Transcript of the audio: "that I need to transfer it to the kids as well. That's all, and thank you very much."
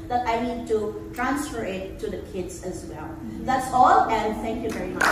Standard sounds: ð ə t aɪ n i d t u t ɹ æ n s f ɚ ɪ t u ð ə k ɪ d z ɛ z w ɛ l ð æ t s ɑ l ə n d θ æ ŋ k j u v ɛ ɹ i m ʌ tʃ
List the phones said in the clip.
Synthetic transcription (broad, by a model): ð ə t aɪ n i d t u t ɹ æ n s f ɚ ɪ t u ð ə k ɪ d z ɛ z w ɛ l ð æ t s ɑ l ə n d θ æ ŋ k j u v ɛ ɹ i m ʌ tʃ